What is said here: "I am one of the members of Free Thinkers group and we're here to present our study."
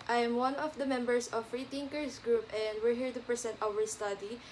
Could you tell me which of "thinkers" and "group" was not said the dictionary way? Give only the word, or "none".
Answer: thinkers